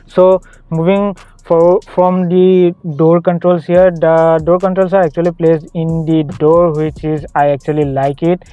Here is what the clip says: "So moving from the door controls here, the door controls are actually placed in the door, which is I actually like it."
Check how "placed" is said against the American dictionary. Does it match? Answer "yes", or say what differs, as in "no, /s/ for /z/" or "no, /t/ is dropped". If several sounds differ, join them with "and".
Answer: no, /t/ is dropped